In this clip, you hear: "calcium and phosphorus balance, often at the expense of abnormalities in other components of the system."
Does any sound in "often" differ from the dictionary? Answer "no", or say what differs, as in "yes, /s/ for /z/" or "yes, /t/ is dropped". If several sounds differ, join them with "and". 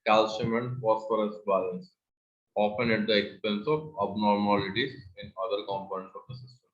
yes, /p/ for /f/